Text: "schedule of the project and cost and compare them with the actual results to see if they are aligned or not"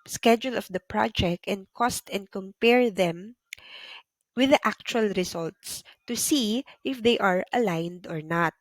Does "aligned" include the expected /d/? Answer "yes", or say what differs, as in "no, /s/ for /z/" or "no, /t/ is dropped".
yes